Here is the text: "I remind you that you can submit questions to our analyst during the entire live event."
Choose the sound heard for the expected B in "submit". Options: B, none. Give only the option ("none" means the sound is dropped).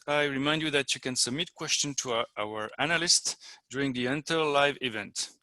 B